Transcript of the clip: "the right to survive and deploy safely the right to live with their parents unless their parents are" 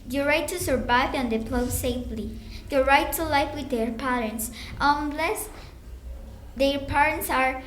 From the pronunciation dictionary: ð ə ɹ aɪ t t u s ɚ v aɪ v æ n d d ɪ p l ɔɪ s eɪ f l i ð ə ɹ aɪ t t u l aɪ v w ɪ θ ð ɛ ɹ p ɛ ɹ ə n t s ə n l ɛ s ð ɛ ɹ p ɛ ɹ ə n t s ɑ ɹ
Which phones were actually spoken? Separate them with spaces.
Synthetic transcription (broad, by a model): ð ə ɹ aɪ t t u s ɚ v aɪ v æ n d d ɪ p l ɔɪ s eɪ f l i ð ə ɹ aɪ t t u l aɪ f w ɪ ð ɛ ɹ p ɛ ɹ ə n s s ə n l ɛ s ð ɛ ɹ p ɛ ɹ ə n t s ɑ ɹ